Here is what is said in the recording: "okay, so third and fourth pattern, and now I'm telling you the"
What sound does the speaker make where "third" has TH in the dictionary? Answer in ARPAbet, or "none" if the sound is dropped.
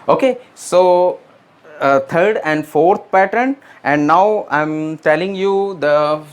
T